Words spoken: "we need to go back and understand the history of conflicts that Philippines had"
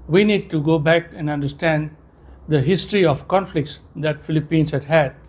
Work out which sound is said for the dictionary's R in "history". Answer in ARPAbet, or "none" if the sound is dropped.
R